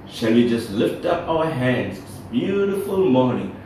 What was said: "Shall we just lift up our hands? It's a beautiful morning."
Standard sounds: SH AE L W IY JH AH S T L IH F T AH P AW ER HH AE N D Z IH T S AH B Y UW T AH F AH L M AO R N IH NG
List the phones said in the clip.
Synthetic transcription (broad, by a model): SH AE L W IY JH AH S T L IH F T AH P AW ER HH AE N D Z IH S B Y UW T AH F AH L M AO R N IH NG